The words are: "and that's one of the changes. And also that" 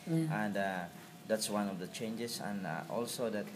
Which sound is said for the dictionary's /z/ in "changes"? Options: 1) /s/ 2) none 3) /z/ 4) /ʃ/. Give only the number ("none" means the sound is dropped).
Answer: 1